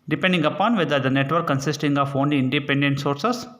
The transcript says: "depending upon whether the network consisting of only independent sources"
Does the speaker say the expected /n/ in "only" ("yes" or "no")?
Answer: yes